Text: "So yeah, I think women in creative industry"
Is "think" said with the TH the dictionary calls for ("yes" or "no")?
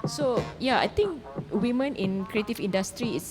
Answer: no